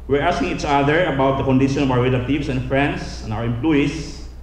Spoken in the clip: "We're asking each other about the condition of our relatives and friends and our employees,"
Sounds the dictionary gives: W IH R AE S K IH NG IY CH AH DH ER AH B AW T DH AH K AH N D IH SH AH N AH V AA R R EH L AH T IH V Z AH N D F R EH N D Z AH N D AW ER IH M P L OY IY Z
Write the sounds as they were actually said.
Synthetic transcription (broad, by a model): W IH R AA S K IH NG IY CH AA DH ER AH B AW T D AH K AH N D IH SH AH N AH V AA W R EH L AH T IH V S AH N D F R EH N D S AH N AW ER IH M P L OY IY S